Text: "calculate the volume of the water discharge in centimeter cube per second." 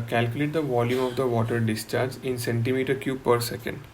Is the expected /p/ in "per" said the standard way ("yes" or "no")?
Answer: yes